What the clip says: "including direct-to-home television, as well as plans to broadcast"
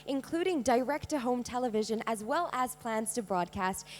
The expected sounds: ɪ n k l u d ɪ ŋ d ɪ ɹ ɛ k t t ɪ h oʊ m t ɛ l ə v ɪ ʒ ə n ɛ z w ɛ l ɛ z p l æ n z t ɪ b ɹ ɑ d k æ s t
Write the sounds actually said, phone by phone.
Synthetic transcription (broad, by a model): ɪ n k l u d ɪ ŋ d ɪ ɹ ɛ k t t ɪ h oʊ m t ɛ l ə v ɪ ʒ ə n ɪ z w ɛ l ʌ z p l æ n z t ɪ b ɹ ɑ d k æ s t